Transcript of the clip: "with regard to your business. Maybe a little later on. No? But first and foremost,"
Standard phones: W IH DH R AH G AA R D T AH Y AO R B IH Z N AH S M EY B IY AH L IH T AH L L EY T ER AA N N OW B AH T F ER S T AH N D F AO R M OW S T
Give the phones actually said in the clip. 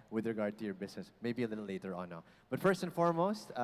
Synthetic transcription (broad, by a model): W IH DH R AH G AA R D T AH Y AO R B IH S N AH S M EY B IY AH L IH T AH L L EY T ER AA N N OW B AH T F ER S T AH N F AO R M OW S T